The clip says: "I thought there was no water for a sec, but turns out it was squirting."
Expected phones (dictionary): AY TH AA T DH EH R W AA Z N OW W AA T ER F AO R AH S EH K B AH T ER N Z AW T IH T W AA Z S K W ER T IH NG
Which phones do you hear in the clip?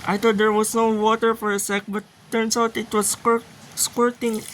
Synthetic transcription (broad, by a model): AY T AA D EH R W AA S N OW W AA T ER F AO R AH S EH K B AH T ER N S AW T IH T W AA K S K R T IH NG